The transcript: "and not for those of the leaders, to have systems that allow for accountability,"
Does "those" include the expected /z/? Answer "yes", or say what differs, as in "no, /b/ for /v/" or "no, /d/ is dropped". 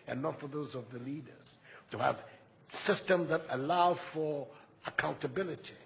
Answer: yes